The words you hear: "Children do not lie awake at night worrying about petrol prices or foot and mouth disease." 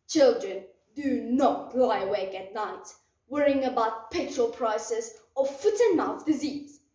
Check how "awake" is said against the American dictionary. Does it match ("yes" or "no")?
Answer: yes